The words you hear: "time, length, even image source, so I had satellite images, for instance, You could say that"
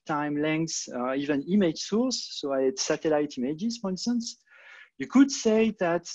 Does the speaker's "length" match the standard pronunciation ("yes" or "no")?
no